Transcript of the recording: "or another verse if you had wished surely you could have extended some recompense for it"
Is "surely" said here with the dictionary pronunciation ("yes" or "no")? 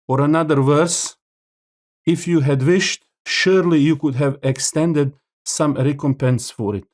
yes